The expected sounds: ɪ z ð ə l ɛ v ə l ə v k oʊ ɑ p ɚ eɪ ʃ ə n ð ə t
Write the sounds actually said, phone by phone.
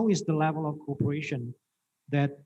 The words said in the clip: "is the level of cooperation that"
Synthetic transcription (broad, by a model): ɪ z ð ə l ɛ v ə l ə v k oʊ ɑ p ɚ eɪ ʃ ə n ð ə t